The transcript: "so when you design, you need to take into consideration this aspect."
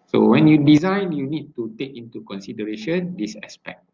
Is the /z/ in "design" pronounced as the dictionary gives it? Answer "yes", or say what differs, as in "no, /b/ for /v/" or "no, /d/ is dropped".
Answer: yes